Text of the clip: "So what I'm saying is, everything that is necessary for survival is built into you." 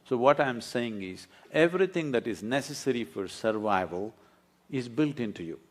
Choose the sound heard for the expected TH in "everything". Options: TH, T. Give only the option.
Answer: T